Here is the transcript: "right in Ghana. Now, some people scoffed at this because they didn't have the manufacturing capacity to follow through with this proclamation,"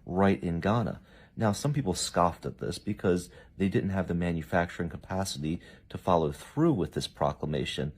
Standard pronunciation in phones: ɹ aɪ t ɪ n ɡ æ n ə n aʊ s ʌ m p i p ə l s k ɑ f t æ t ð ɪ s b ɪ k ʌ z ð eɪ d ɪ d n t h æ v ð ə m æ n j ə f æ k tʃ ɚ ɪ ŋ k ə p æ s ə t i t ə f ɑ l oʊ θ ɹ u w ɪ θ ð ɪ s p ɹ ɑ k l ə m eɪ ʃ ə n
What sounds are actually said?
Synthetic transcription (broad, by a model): ɹ aɪ t ɪ n ɡ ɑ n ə n aʊ s ʌ m p i p l s k ɑ f t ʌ t ð ɪ s b ɪ k ʌ z ð eɪ d ɪ d n t h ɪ v ð ə m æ n j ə f æ k tʃ ɚ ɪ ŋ k ə p æ s ə t i t ə f ɑ l oʊ θ ɹ u w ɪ ð ɪ s p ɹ ɑ k l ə m eɪ ʃ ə n